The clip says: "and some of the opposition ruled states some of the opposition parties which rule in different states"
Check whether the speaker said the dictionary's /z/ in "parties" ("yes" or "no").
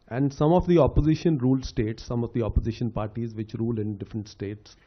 yes